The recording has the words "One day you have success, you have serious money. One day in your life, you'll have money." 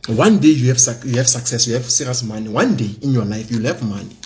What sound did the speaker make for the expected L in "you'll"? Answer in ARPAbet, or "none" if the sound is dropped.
L